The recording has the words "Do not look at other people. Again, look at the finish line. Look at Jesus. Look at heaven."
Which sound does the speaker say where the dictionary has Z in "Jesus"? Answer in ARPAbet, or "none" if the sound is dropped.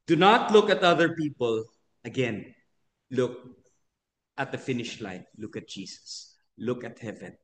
S